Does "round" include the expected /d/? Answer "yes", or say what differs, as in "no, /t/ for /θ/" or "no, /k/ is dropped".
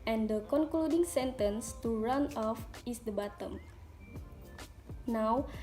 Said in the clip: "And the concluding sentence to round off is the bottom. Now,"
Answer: no, /d/ is dropped